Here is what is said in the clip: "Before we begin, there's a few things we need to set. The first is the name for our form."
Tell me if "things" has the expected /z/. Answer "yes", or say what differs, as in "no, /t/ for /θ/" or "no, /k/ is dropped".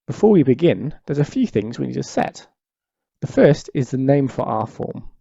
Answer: yes